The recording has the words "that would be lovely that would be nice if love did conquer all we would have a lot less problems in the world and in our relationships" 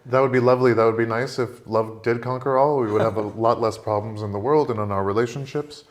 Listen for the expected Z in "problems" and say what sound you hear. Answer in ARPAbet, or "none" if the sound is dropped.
Z